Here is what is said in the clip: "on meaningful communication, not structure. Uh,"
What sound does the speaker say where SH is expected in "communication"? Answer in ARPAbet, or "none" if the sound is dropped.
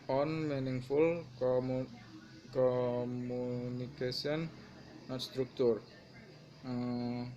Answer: S